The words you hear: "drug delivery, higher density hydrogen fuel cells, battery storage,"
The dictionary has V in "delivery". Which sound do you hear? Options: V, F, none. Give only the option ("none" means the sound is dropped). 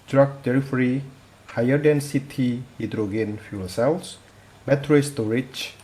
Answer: F